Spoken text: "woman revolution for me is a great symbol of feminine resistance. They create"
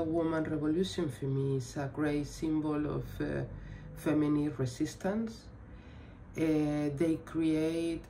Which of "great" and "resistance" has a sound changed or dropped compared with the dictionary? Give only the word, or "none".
resistance